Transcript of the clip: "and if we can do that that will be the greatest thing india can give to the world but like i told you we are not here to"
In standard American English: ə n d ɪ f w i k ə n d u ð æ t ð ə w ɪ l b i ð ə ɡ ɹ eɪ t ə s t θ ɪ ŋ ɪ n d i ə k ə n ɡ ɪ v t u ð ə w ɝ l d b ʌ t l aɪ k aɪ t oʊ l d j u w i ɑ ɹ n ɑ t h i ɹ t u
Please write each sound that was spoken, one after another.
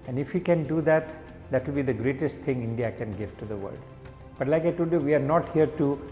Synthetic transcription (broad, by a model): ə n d ɪ f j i k ə n d u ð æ t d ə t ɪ l b i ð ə ɡ ɹ eɪ t ə s t t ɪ ŋ ɪ n d i ə k ə n ɡ ɪ v t u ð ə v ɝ l d b ʌ t l aɪ k aɪ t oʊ d j u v i ɑ ɹ n ɑ t h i ɹ t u